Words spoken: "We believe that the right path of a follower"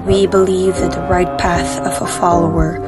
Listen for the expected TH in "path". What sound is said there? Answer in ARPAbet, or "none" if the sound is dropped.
TH